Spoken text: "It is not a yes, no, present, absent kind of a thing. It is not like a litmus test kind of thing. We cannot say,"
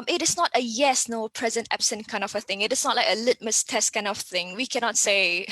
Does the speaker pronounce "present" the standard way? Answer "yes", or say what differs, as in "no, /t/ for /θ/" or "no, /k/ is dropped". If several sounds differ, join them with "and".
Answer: yes